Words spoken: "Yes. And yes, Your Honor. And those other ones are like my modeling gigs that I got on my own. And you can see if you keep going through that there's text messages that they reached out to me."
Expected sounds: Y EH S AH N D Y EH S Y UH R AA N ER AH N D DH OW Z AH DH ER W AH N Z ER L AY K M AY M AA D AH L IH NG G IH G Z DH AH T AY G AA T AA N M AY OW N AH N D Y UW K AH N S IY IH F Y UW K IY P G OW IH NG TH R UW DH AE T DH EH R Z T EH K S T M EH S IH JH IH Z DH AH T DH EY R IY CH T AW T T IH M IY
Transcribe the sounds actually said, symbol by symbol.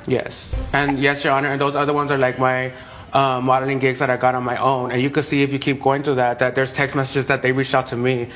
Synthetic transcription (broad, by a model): Y EH S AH N Y EH S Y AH R AA N ER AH N DH OW Z AH DH ER W AH N Z ER L AY K M AY M AA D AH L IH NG G IH G Z DH AH T AY G AA T N M AY OW N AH N Y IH K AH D S IY IH F Y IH K IY P G OW IH NG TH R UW DH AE T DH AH R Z T EH K S T M EH S IH JH IH Z DH AH T DH EY R IY CH T AW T T IH M IY